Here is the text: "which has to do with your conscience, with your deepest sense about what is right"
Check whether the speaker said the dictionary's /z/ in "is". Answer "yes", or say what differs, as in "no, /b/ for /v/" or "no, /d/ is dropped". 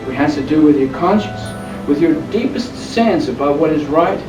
yes